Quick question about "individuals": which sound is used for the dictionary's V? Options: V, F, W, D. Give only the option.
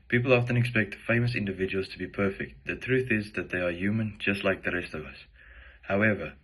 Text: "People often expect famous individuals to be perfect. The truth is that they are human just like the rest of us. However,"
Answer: V